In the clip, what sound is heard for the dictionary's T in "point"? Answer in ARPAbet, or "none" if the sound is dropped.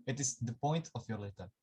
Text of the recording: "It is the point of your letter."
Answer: T